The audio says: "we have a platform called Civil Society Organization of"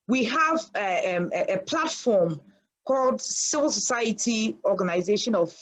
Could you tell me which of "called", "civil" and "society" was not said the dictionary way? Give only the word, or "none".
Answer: none